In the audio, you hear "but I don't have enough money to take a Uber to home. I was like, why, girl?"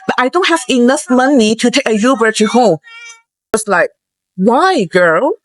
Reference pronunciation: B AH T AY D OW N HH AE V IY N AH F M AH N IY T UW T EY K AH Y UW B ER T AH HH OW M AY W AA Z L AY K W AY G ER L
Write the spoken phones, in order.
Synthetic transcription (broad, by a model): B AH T AY D OW N HH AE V IY N AH F M AH N IY T UW T EY K AH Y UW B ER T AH HH OW M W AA S L AY K W AY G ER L